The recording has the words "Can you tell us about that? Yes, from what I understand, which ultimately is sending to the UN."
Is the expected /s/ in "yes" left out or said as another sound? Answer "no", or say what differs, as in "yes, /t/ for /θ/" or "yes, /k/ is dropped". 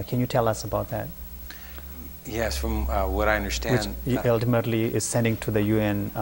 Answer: no